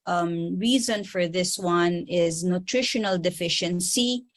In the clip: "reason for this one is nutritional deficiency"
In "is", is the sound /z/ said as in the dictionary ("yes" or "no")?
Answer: yes